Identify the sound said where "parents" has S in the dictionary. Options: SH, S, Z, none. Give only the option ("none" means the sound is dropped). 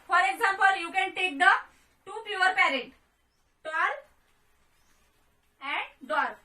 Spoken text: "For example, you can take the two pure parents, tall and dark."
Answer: none